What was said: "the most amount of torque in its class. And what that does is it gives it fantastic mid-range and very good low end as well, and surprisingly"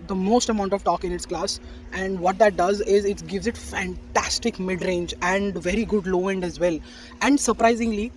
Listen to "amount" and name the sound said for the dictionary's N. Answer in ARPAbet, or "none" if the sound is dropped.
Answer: N